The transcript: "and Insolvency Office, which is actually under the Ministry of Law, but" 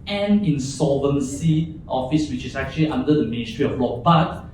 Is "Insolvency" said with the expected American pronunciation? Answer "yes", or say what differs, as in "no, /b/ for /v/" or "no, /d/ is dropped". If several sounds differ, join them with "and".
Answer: no, /l/ is dropped